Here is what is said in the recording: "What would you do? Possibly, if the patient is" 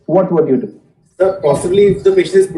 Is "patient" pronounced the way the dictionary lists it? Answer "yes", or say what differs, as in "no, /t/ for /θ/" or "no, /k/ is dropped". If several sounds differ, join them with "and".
no, /t/ is dropped